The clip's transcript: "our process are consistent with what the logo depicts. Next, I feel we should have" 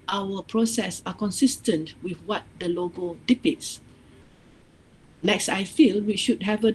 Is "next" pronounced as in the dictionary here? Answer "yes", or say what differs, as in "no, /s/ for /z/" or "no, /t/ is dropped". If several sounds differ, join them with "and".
yes